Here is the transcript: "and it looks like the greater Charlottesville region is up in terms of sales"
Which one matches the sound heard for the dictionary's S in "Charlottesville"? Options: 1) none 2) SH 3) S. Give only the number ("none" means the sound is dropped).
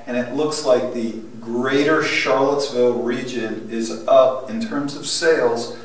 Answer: 3